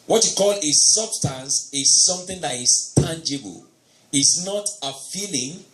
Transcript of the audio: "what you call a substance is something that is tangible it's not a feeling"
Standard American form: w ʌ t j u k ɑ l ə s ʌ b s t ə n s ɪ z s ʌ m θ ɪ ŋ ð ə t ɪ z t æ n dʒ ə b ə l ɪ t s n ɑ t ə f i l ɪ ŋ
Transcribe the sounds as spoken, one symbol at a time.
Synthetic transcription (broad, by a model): w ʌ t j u k ɑ l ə s ʌ b s t ə n s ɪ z s ʌ m θ ɪ ŋ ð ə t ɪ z t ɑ n dʒ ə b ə l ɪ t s n ɑ t ə f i l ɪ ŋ